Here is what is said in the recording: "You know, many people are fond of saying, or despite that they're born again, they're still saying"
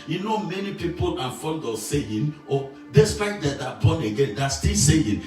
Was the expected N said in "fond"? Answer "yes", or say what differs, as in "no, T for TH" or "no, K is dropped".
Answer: no, L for N